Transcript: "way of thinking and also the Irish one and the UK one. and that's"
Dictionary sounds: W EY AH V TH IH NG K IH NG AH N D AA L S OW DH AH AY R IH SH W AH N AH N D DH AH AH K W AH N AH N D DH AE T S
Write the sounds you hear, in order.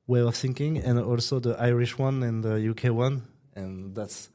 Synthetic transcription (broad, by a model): W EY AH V TH IH NG K IH NG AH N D AA L S OW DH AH AY R IH SH W AH N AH N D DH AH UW K W AH N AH N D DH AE T S